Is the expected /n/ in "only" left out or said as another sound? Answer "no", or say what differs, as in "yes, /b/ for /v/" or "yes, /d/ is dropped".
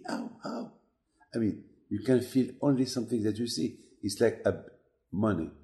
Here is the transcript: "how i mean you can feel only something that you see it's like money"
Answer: no